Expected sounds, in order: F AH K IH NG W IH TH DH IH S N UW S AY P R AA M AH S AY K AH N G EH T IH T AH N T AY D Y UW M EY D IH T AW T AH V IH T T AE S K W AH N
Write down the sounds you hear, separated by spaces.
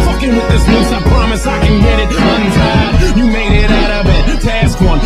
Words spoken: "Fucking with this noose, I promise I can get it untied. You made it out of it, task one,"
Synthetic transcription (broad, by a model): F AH K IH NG W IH DH IH S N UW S AY P R AA M AH S AY K AH N G EH T IH T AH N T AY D Y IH M EY D IH T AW T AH B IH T T AE S K W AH N